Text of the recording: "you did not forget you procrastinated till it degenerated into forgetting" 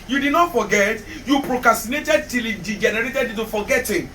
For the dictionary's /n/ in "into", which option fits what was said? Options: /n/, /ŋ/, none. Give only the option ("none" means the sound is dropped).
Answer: none